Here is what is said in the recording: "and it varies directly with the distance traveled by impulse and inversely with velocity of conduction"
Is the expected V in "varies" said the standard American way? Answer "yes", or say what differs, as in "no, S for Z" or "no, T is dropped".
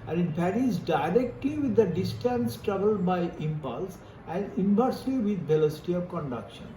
no, B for V